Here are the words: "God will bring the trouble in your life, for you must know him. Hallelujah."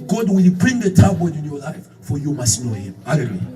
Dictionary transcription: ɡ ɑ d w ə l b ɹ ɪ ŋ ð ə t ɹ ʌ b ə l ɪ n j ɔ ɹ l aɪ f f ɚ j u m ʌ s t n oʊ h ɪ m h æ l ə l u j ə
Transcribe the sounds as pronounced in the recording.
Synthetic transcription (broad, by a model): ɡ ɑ d w ə l b ɹ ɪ ŋ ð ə t ɑ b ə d ɪ n j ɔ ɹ l aɪ f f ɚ j u m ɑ s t n oʊ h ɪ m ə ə